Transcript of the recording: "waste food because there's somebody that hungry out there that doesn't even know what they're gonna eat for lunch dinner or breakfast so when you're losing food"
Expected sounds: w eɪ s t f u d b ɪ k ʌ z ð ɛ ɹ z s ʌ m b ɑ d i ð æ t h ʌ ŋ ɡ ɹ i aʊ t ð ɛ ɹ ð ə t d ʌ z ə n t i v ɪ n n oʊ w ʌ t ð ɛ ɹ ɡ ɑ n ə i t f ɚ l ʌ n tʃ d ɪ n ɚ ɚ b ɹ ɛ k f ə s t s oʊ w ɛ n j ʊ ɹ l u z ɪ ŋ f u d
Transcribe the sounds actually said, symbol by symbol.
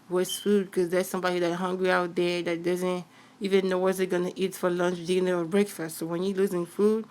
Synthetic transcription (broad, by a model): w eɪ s f u d k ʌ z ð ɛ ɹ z s ʌ m b ɑ d i ð æ t h ʌ ŋ ɡ ɹ i aʊ t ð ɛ ɹ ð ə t d ʌ z ə n t i v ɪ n n oʊ w ʌ t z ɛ ɡ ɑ n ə i t f ɚ l ʌ n tʃ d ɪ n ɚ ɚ b ɹ ɛ k f ə s t s oʊ w ɛ n j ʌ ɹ l u z ɪ ŋ f u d